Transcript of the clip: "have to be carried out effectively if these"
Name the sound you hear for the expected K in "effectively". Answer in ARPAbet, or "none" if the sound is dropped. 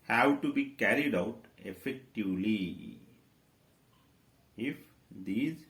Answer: K